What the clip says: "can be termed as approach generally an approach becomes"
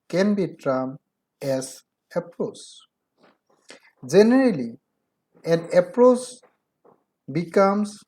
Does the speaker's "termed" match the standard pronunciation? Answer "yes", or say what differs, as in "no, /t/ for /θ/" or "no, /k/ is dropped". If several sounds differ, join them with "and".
no, /d/ is dropped